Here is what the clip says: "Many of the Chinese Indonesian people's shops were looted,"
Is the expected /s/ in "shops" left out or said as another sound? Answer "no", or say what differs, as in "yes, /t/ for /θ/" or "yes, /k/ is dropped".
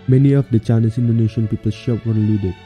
yes, /s/ is dropped